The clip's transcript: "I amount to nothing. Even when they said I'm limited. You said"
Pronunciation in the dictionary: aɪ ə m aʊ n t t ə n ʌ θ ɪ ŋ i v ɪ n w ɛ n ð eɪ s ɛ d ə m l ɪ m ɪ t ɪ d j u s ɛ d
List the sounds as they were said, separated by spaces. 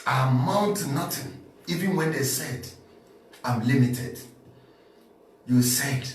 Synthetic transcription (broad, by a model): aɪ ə m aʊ n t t n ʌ t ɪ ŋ i v ɪ n w ɛ n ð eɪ s ɛ d ə m l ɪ m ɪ t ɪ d j u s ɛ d